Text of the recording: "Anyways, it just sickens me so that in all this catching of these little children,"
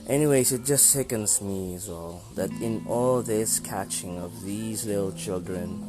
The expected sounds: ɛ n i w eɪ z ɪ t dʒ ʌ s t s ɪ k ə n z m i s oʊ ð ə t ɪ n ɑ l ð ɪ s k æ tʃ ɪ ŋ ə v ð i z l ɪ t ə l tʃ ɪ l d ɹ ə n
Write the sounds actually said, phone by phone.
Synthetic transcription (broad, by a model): ɛ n i w eɪ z ɪ t dʒ ʌ s t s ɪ k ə n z m i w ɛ ð ə t ɪ n ɑ l ð ɪ s k æ tʃ ɪ ŋ ə v ð i z l ɪ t l tʃ ɪ l d ɹ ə n